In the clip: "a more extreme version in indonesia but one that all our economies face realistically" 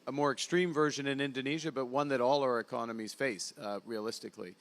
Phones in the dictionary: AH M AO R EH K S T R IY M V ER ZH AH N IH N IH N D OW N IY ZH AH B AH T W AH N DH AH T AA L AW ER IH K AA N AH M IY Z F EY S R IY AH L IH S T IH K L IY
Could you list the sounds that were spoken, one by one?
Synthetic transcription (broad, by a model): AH M AO R EH K S T R IY M V ER ZH AH N IH N IH N D OW N IY ZH AH B AH T W AH N DH AH T AA L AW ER IH K AA N AH M IY Z F EY S R IY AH L IH S T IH K L IY